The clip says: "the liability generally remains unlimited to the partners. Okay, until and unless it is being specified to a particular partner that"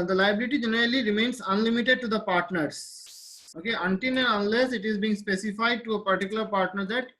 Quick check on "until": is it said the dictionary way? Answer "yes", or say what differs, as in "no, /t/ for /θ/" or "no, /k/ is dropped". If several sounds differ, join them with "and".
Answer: no, /n/ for /l/